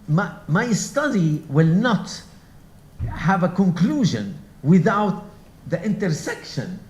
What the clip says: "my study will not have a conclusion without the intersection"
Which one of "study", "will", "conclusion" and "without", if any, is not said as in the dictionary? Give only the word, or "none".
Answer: none